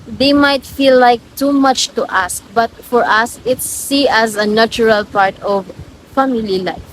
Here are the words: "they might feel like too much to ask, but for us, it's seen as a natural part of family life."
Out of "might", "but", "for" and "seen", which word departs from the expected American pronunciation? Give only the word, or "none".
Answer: seen